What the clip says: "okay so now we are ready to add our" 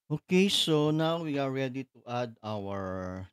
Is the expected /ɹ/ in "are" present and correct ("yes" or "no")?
yes